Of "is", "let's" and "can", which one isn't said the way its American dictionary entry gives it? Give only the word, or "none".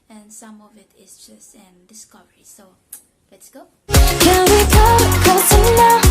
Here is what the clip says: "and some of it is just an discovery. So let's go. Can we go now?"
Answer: is